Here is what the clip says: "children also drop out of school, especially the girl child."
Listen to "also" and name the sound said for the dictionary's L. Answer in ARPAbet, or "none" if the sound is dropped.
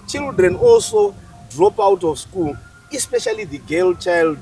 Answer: L